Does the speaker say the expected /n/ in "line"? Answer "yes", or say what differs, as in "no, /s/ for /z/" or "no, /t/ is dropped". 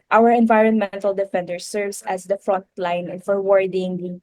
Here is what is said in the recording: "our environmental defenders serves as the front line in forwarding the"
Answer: no, /n/ is dropped